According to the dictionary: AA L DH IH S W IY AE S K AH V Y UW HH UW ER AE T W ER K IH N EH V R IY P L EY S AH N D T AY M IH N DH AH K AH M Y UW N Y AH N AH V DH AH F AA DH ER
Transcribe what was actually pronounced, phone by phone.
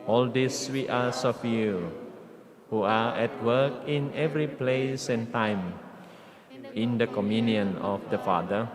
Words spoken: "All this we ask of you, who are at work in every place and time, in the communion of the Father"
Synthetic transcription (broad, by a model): AA L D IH S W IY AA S AH F Y UW HH UW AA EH T W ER K IH N EH V R IY P L EY S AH N T AY M IH N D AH K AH M Y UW N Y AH N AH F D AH F AA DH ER